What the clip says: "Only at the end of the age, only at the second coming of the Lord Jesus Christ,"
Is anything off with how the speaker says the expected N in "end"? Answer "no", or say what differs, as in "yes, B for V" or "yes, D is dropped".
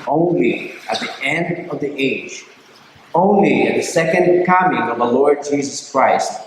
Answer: no